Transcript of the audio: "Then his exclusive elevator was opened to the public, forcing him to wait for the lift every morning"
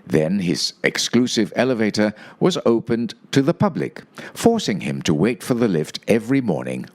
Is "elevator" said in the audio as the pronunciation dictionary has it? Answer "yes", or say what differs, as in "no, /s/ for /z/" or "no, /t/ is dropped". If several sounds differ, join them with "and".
yes